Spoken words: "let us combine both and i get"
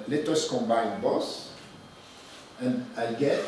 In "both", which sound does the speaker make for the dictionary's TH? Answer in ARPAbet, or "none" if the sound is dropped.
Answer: S